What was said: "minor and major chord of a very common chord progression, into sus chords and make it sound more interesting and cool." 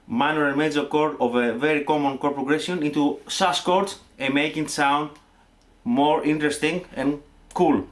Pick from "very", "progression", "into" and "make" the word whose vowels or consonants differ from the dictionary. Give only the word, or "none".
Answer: progression